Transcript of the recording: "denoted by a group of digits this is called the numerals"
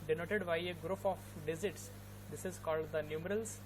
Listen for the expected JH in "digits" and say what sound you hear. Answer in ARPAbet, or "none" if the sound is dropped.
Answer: Z